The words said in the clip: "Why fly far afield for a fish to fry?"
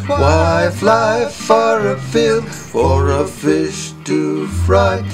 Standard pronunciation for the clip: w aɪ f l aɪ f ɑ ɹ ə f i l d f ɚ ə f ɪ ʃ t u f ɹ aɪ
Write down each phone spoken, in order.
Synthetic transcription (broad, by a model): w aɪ f l aɪ f ɑ ɹ ə f i l d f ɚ ə f ɪ ʃ t u f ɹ aɪ